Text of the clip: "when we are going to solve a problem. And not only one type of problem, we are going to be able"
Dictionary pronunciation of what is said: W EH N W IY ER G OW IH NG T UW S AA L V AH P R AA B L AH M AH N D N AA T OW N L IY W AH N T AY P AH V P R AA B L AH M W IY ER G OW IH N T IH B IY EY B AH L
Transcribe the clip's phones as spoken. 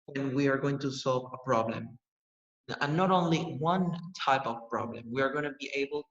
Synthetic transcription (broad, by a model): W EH N W IY ER G OW IH NG T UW S AA L V AH P R AA B L AH M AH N N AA T OW N L IY W AH N T AY P AH V P R AA B L AH M W IY ER G OW IH N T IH B IY EY B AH L